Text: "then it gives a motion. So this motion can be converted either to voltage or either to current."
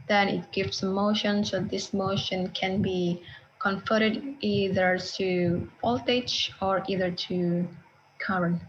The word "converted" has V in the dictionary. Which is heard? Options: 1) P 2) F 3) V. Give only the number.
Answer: 2